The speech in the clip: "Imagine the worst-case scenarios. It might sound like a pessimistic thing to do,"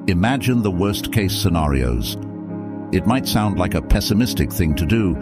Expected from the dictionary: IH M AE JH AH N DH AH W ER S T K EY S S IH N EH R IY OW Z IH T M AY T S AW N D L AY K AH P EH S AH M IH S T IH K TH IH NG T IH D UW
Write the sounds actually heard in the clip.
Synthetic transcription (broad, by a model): IH M AE JH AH N DH AH W ER S K EY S S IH N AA R IY OW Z IH T M AY T S AW N D L AY K AH P EH S AH M IH S T IH K TH IH NG T IH D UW